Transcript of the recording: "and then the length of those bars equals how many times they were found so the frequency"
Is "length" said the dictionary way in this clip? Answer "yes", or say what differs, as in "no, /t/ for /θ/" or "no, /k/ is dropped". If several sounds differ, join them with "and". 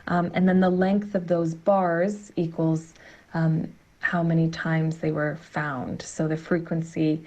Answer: yes